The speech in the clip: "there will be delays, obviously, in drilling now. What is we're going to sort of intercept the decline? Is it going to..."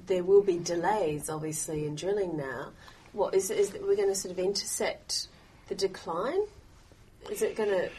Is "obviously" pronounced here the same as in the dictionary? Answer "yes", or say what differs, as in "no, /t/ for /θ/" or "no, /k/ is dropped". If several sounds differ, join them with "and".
yes